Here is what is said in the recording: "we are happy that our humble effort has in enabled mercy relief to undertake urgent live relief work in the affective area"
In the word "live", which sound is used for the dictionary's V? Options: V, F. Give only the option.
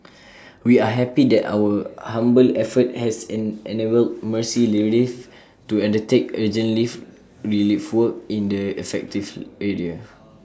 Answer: F